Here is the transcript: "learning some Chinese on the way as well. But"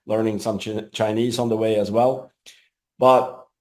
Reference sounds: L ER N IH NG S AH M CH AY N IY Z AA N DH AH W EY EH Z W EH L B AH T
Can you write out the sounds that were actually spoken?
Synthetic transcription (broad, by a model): L ER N IH NG S AH M CH AY N IY Z N DH AH W EY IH Z W EH L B AH T